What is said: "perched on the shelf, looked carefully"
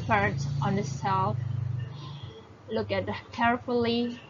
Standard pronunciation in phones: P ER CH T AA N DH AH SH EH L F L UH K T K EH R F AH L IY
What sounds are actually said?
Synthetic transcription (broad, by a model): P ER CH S AA N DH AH S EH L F L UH K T K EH R F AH L IY